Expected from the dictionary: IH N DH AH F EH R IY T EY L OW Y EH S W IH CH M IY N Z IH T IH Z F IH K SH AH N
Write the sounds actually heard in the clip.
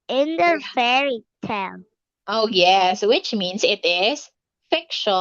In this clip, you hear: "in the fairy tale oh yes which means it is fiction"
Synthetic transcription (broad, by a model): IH N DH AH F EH R IY T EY N OW Y EH S W IH CH M IY N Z IH T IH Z F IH K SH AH